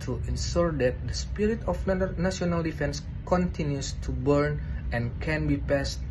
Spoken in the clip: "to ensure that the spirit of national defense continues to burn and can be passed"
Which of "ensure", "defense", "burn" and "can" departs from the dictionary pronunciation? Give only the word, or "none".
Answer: ensure